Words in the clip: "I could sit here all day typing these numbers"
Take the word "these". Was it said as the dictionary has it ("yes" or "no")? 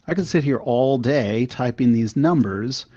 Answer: yes